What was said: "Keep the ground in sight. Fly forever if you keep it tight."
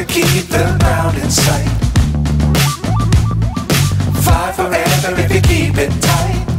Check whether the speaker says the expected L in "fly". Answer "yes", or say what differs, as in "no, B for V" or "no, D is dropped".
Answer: no, L is dropped